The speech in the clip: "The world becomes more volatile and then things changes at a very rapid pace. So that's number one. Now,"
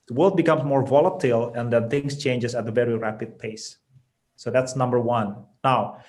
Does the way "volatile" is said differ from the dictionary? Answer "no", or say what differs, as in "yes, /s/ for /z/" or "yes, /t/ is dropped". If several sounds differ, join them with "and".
no